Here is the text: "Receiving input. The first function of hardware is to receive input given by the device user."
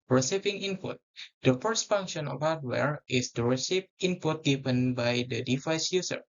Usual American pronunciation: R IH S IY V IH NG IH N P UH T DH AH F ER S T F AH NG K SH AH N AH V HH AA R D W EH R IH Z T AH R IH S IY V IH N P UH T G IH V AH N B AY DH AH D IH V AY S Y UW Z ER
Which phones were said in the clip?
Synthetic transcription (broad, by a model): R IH S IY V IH NG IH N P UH T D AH F ER S T F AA NG K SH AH N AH F HH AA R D W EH R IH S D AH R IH S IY P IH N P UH T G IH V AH N B AY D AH D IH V AY S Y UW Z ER